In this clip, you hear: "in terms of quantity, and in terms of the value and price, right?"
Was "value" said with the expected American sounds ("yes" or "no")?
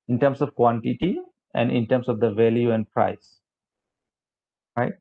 yes